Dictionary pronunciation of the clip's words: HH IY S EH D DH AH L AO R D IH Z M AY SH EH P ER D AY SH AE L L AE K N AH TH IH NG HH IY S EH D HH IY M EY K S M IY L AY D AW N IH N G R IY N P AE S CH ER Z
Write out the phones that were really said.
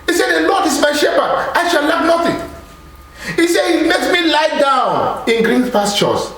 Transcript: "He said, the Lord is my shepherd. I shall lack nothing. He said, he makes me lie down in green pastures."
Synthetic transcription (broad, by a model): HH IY S EH D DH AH L AO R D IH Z M AY SH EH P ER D AY SH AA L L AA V N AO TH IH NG HH IY S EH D HH IY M EY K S M IY L AY D AW N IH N G R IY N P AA S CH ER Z